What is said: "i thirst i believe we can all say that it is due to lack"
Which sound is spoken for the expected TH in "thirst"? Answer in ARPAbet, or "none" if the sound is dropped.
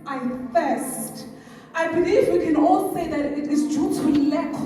F